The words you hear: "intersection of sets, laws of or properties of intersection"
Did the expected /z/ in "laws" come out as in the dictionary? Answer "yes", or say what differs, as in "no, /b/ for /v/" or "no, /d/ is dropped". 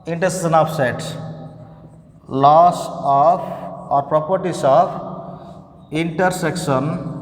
no, /s/ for /z/